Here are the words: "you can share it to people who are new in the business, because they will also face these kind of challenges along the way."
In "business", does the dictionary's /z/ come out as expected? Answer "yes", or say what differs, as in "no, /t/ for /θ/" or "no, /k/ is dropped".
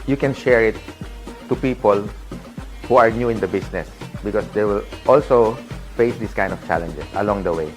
no, /s/ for /z/